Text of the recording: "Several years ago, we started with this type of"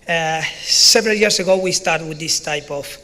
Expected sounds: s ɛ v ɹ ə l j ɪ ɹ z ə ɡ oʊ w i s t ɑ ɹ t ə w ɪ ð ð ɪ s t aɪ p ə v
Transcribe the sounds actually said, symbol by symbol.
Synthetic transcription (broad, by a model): s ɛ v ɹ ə l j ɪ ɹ s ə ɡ oʊ w i s t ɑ ɹ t w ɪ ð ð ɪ s t aɪ p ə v